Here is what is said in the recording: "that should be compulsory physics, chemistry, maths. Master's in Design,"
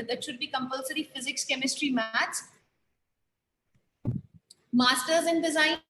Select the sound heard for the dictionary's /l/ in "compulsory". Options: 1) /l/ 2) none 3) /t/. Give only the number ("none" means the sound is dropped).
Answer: 1